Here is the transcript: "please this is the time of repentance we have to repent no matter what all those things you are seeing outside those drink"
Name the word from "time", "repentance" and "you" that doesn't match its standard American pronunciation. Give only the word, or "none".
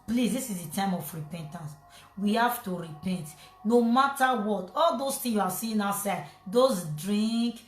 none